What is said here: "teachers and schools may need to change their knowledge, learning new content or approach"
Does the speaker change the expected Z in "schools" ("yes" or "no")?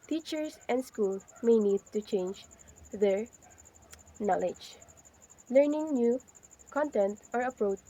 yes